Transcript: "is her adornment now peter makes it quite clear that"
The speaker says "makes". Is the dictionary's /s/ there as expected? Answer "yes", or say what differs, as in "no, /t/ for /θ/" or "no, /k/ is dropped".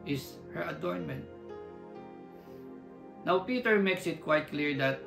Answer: yes